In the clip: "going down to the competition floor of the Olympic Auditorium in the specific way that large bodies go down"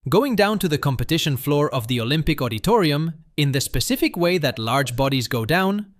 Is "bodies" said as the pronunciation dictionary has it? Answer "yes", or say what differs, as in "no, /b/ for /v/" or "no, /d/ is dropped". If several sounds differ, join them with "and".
yes